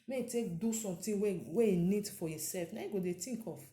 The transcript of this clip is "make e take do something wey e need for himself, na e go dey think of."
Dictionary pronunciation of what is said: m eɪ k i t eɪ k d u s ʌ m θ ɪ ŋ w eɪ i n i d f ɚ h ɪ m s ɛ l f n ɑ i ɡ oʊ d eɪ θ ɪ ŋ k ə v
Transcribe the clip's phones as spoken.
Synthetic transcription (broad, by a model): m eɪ i t eɪ k d u s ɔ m t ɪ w w eɪ i n i d f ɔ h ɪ s ɛ l f n ɑ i ɡ oʊ d eɪ t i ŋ k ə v